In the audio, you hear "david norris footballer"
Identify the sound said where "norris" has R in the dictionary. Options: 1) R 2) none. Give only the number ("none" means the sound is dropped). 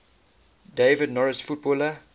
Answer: 1